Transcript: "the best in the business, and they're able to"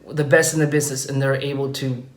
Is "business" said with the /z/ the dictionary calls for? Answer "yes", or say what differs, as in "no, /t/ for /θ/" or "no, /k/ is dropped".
yes